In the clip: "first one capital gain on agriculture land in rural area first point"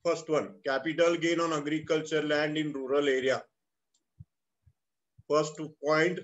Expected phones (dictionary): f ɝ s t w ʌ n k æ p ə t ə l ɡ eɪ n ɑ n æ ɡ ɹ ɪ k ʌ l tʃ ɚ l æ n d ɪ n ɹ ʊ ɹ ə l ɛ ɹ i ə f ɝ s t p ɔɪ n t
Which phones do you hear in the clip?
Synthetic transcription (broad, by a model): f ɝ s t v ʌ n k æ p ə t ə l ɡ eɪ n ɑ n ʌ ɡ ɹ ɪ k ʌ l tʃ ɚ l æ n d ɪ n ɹ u ɹ ə l ɛ ɹ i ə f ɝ s t p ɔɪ n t